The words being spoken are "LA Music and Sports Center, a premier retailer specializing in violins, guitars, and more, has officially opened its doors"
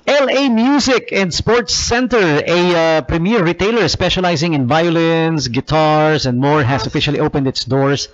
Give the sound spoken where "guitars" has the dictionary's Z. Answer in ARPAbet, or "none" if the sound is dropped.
S